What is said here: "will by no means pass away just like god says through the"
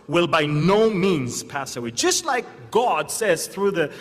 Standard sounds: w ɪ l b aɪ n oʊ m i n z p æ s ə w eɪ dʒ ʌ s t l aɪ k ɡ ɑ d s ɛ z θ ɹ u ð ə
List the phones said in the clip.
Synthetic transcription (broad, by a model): w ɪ l b aɪ n oʊ m i n z p æ s ə w eɪ dʒ ʌ s t l aɪ k ɡ ɑ d s ɛ z θ ɹ u ð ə